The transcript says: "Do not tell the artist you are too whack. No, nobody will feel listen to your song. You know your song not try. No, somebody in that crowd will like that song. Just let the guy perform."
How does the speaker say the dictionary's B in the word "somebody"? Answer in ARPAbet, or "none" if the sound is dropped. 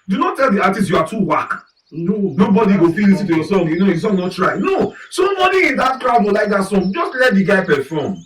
none